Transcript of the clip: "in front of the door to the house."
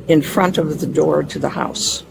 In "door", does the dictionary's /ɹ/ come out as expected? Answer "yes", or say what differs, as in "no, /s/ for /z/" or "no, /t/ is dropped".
yes